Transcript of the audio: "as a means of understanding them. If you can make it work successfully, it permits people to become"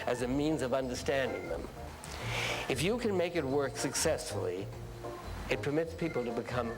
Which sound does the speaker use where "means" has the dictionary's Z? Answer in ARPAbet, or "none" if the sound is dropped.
Z